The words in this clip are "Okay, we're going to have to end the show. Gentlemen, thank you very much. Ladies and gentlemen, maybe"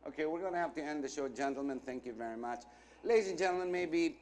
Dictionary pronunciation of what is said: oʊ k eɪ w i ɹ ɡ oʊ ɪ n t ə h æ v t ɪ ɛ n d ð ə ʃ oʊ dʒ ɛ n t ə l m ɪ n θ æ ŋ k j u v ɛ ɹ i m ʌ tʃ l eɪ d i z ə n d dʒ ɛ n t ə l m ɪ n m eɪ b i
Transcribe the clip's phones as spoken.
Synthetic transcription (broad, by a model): oʊ k eɪ w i ɹ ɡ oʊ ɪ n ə h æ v t ɪ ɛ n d ð ə ʃ oʊ dʒ ɛ n t l m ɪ n θ æ ŋ k j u v ɛ ɹ i m ʌ tʃ l eɪ d i z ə n dʒ ɛ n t l m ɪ n m eɪ b i